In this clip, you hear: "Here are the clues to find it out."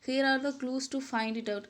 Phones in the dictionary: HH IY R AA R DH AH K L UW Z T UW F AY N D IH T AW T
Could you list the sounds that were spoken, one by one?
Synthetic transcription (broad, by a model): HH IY R AA R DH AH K L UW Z T UW F AY N D IH T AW T